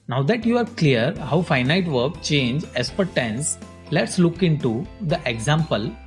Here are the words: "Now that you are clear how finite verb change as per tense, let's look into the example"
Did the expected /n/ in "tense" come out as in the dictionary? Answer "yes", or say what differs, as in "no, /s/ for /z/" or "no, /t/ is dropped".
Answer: yes